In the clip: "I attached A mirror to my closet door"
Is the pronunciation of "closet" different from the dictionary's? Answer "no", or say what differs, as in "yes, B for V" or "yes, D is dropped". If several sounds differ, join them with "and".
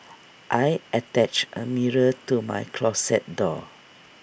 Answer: yes, S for Z